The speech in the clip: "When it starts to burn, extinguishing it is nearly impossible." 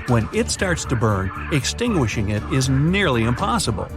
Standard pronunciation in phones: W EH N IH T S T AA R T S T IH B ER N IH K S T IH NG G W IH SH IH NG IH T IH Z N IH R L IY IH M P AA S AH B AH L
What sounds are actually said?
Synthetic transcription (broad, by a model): W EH N IH T S T AA R T S T IH B ER N IH K S T IH NG G W IH SH IH NG IH T IH Z N IH R L IY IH M P AA S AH B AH L